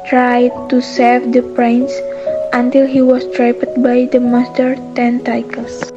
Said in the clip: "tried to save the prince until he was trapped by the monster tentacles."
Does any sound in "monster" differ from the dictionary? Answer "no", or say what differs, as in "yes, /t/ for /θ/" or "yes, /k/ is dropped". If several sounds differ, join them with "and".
yes, /n/ is dropped